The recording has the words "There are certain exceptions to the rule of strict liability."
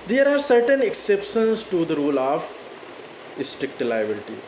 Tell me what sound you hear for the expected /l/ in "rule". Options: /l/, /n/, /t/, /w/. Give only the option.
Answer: /l/